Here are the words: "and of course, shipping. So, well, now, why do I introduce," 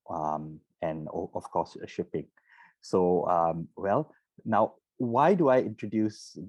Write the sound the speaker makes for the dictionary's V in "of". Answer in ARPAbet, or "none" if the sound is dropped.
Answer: F